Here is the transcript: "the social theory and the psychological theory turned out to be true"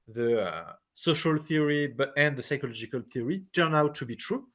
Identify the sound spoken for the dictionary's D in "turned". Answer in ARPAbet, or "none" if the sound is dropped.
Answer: none